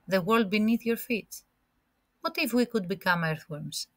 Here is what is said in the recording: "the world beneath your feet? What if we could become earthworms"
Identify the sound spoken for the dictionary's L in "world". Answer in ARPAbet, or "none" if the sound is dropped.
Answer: L